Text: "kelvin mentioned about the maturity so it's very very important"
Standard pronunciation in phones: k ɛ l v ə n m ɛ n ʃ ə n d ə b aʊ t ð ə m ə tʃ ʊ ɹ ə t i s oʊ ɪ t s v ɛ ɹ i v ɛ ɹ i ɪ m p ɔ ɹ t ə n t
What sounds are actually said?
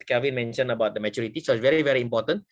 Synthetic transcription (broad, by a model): k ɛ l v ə n m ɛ n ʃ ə n ə b aʊ t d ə m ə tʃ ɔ ɹ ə t i s oʊ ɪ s v ɛ ɹ i v ɛ ɹ i m p ɔ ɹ t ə n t